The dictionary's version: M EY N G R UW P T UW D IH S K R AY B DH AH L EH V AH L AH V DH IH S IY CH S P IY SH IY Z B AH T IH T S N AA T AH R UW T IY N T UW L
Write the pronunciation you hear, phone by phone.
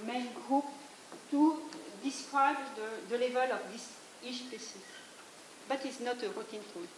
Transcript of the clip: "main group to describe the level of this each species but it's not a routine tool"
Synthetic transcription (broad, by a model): M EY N G R UW P T UW D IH S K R AY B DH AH L EH V AH L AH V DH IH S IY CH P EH S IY B AH T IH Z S N AA T AH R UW T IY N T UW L